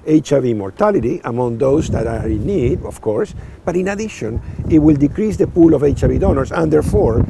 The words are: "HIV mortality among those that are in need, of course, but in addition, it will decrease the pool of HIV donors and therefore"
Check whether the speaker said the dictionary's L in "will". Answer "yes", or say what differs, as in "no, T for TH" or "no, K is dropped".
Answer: yes